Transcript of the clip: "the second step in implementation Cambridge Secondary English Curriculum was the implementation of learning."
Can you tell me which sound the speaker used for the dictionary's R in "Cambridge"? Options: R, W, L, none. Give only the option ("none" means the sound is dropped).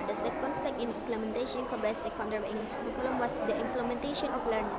none